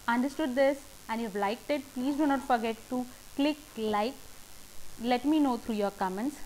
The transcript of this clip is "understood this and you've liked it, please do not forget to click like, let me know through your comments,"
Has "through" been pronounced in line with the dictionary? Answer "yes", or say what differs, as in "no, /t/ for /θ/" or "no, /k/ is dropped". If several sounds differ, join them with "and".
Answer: no, /t/ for /θ/